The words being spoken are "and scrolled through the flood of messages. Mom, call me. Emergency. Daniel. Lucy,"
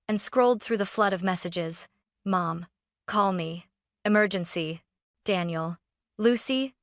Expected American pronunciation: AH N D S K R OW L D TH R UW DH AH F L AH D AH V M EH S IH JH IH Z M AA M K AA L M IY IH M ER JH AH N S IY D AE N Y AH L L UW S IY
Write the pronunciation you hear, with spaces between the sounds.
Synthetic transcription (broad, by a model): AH N S K R OW L D TH R UW DH AH F L AH D AH V M EH S IH JH IH Z M AA M K AA L M IY IH M ER JH AH N S IY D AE N Y L L UW S IY